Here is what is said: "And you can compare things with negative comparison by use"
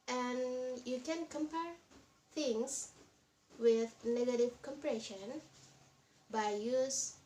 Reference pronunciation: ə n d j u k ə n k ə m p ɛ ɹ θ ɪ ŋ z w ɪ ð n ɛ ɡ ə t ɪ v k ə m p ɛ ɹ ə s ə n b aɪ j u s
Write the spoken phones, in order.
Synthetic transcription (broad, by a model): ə n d j u k ə n k ə m p ɛ ɹ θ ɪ ŋ s w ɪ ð n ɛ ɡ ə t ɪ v k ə m p ɹ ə ʃ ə n b aɪ j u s